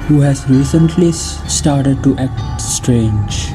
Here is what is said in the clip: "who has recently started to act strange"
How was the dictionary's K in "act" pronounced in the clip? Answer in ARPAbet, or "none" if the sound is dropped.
K